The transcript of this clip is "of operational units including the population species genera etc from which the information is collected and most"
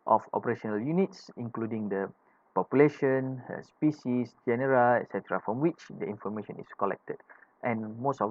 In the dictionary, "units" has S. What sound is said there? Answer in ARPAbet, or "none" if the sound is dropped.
S